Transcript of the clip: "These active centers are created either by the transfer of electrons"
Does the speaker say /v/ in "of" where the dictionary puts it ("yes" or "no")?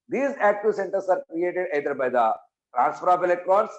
no